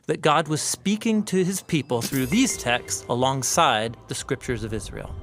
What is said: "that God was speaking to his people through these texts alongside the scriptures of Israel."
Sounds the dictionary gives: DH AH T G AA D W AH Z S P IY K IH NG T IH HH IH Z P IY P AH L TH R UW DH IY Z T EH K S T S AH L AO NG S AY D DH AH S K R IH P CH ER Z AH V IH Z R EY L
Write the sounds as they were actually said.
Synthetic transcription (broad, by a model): DH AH T G AA D W AH Z S P IY K IH NG T IH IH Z P IY P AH L TH R UW DH IY Z T EH K S T S AH L AO NG S AY D DH AH S K R IH P CH ER Z AH V IH Z R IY L